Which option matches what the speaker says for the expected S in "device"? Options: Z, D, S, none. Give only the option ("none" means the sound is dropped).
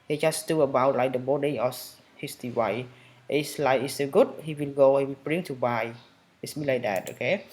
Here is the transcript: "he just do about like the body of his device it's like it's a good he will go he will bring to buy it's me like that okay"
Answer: none